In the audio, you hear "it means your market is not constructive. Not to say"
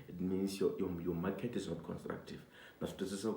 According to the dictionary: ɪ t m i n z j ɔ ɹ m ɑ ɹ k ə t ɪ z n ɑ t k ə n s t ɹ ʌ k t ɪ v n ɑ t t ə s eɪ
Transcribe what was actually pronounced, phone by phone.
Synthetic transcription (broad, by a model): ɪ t m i n s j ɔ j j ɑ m k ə t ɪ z n ɑ t k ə n s t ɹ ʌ k t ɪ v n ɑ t s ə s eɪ